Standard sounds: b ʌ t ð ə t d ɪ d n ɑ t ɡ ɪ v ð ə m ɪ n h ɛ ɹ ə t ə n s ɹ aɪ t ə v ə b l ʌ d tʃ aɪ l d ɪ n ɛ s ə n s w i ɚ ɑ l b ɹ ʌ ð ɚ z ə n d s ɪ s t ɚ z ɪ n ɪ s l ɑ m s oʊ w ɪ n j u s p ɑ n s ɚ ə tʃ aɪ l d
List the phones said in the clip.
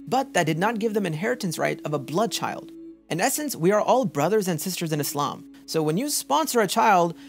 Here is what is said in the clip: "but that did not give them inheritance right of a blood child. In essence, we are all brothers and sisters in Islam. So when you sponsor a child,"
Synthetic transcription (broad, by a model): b ʌ t ð ə t d ɪ d n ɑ t ɡ ɪ v ð ə m ɪ n h ɛ ɹ ə t ə n s ɹ aɪ t ə v ə b l ʌ d tʃ aɪ l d ɪ n ɛ s ə n s w i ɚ ɑ l b ɹ ʌ ð ɚ z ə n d s ɪ s t ɚ z ɪ n ɪ s l ɑ m s oʊ w ɪ n j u s p ɑ n s ɚ ə tʃ aɪ l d